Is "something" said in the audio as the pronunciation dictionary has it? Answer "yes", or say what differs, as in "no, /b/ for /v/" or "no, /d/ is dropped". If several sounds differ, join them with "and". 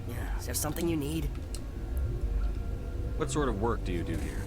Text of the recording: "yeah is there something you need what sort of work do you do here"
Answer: yes